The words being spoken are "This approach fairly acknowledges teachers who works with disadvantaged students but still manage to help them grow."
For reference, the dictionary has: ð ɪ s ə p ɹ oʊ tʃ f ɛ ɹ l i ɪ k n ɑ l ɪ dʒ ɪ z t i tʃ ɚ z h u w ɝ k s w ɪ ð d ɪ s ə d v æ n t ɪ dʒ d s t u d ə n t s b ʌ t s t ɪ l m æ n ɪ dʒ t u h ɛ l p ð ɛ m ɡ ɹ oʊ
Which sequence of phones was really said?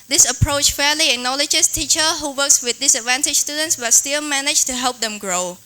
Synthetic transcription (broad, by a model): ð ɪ s ə p ɹ oʊ tʃ f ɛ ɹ l i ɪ k n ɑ l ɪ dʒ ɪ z t i tʃ ɚ h u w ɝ k s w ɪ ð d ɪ s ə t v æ n t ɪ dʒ s t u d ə n t s b ʌ t s t ɪ l m æ n ɪ dʒ t u h ɛ l p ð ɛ m ɡ ɹ oʊ